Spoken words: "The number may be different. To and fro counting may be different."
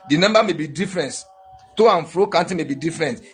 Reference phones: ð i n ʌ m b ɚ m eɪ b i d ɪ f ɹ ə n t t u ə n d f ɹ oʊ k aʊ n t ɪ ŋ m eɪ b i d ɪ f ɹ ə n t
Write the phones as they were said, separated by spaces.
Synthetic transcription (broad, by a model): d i n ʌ m b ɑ m eɪ b i d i f ɹ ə n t t u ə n f ɹ oʊ k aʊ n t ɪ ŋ m eɪ b i d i f ɹ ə n t